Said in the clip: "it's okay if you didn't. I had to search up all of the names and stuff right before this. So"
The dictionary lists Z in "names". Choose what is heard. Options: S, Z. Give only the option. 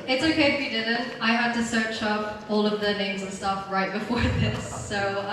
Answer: Z